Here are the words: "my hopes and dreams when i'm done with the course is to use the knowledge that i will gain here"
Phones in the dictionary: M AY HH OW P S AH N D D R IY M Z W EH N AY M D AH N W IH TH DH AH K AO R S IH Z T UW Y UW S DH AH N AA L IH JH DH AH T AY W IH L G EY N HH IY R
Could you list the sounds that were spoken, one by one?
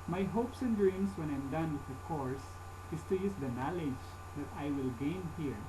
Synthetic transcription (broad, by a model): M AY HH OW P S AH N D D R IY M S W EH N AY M D AH N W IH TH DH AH K AO R S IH S T UW Y UW S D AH N AA L IH JH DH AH T AY W IH L G EY N HH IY R